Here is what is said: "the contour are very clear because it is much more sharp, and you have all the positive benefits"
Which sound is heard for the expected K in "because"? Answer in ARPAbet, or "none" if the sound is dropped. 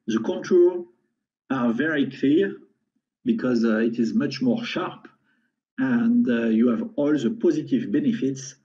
K